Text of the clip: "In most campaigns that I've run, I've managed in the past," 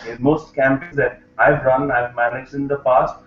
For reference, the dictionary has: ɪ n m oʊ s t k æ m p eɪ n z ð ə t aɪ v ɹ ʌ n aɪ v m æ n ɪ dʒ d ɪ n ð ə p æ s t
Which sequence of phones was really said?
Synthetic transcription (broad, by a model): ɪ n m oʊ s t k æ m p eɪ z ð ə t aɪ v ɹ ʌ n aɪ v m æ n ɪ dʒ d ɪ n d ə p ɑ s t